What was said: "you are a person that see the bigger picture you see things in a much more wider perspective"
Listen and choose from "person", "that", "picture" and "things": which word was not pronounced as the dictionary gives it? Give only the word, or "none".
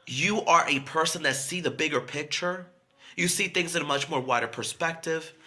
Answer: none